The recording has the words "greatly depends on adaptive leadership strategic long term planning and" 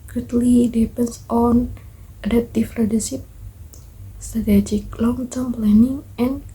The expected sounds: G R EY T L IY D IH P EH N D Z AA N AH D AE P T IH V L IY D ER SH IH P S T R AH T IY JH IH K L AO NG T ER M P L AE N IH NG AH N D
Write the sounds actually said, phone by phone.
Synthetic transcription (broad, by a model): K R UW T L IY D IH P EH N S AA N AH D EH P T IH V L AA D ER S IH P S T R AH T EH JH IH K L AO NG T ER M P L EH N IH NG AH N